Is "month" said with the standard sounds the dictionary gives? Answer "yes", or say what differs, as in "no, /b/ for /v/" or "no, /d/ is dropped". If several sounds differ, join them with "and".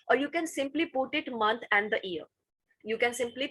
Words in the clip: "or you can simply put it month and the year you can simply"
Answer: no, /t/ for /θ/